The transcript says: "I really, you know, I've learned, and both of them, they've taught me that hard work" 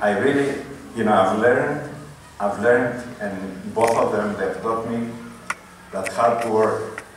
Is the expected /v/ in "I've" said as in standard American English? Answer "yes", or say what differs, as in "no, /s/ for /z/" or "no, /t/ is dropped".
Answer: yes